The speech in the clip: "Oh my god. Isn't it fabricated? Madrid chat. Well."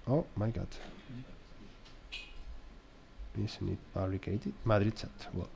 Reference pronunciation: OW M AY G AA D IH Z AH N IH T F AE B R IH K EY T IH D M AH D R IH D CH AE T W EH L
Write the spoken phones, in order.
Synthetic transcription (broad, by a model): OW M AY G AA D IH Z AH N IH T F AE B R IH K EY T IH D M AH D R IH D S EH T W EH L